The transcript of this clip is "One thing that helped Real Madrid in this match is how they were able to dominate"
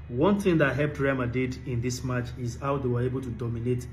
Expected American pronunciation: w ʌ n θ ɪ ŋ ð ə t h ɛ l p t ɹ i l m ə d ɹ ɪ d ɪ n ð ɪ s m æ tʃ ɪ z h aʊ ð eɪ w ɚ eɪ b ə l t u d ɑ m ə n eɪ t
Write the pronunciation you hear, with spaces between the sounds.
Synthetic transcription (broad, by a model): w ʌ n θ ɪ ŋ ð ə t h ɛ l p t ɹ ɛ m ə d ɪ d ɪ n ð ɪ s m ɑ tʃ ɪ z h aʊ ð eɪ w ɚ eɪ b ə l t u d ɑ m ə n eɪ t